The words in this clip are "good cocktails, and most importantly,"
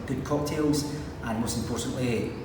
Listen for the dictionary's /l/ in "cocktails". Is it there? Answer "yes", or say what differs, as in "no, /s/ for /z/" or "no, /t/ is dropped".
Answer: yes